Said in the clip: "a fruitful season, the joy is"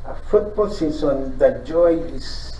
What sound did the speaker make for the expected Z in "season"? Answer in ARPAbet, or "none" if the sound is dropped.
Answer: S